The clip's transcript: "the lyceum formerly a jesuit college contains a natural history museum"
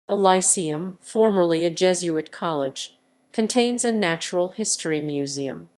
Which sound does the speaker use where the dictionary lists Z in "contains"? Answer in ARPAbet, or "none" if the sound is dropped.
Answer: Z